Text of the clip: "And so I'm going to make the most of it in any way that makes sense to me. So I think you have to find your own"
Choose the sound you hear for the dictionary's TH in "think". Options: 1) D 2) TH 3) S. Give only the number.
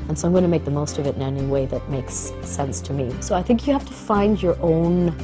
2